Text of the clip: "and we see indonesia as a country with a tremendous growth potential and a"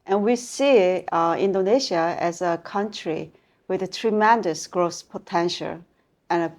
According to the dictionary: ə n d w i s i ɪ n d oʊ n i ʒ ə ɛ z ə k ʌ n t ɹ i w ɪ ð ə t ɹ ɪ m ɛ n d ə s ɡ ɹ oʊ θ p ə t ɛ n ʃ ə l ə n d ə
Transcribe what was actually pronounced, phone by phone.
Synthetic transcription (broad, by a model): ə n w i s i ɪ n d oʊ n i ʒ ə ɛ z ə k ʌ n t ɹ i w ɪ ð ə t ɹ ɪ m ɛ n d ə s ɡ ɹ oʊ s p ə t ɛ n ʃ ə l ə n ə